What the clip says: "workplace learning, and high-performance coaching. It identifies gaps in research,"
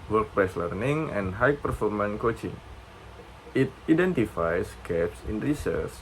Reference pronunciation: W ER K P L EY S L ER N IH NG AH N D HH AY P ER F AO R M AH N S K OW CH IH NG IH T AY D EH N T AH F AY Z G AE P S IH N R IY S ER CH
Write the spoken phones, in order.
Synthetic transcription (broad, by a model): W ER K P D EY S L ER N IH NG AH N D HH AY P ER F AO R M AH N K OW CH IH NG IH T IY D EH N T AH F AY S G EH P S IH N R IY S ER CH